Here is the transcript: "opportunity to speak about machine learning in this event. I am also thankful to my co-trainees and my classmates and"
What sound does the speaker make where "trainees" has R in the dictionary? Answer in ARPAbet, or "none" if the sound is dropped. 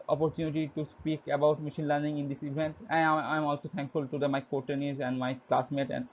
none